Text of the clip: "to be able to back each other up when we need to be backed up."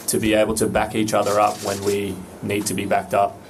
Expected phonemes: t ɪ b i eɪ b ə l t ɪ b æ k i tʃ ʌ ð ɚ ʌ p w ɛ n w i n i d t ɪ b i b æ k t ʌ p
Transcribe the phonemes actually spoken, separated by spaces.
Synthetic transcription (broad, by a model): t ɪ b i eɪ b l t ɪ b æ k i tʃ ʌ ð ɚ ʌ p w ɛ n w i n i d t ɪ b i b æ k t ʌ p